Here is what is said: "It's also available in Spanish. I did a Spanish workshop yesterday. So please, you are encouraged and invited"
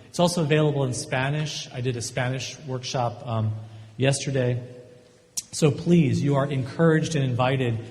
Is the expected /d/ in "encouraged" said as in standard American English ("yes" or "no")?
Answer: yes